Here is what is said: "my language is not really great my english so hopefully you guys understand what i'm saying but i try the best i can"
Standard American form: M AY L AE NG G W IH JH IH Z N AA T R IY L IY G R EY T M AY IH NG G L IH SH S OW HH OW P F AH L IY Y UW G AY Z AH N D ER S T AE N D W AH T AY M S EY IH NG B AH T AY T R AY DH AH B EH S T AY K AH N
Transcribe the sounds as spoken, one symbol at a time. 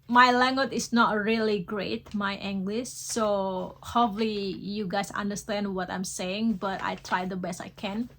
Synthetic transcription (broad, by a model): M AY L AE NG G W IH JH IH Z N AA T R IY L IY G R EY T M AY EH NG G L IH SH S OW HH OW F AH L IY Y UW G AY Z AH N D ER S T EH N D W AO T AY M S EY IH NG B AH T AY T R AY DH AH B EH S T AY K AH N